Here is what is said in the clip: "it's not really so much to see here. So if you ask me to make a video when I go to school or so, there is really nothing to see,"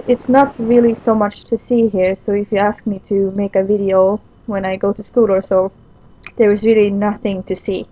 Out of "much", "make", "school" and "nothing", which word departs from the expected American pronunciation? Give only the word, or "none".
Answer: none